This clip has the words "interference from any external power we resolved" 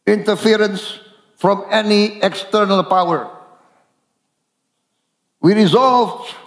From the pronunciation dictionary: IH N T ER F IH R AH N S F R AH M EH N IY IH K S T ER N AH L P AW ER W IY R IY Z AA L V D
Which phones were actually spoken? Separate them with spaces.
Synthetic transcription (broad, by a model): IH N T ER F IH R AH N S F R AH M EH N IY IH K S T ER N AH L P AW ER W IY R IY Z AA L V